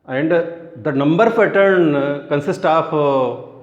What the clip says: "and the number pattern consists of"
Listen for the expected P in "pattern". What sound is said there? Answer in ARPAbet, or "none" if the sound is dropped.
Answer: F